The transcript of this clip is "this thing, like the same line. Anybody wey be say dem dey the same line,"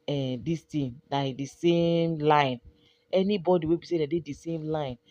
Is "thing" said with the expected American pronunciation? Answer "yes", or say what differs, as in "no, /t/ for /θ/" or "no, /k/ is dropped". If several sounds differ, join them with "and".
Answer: no, /t/ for /θ/